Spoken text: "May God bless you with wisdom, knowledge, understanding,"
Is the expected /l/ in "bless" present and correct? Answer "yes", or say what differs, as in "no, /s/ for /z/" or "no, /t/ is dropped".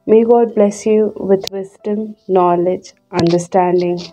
yes